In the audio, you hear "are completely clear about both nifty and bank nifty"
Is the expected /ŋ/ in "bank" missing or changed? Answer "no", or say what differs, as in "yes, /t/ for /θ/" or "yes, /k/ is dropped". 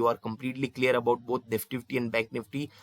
yes, /ŋ/ is dropped